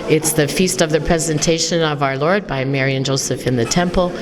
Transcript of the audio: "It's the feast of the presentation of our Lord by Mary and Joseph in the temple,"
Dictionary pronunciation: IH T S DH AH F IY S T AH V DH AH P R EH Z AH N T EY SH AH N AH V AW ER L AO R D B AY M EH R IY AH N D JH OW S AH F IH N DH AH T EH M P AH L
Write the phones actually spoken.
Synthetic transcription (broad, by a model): IH T S DH AH F IY S T AH V DH AH P R EH Z AH N T EY SH AH N AH V AW ER L AO R D B AY M EH R IY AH N JH OW S AH F IH N DH AH T EH M P L